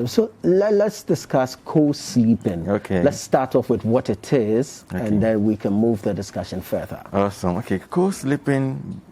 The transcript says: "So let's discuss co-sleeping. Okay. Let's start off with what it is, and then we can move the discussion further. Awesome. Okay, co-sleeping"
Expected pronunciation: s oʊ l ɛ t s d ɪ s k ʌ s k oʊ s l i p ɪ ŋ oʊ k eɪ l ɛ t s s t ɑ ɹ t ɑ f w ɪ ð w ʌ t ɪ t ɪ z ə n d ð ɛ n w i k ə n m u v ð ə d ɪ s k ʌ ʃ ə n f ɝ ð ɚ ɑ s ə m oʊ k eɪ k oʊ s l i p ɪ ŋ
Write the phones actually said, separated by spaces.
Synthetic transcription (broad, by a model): s oʊ l ɛ t s d ɪ s k ʌ s k oʊ s l i p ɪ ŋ oʊ k eɪ l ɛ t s s t ɑ ɹ t ɑ f w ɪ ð w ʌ t ɪ t ɪ z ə n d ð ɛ n w i k ə n m u v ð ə d ɪ s k ʌ ʃ ə n f ɝ ð ɚ ɑ s ə m oʊ k eɪ k oʊ s l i p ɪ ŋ